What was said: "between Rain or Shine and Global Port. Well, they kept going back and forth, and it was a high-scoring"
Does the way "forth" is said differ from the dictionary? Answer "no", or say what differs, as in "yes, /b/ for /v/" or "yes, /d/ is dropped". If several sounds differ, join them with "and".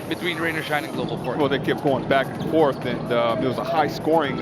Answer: no